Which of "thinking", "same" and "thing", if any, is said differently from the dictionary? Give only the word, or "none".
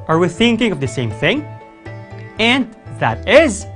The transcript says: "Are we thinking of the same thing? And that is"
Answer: none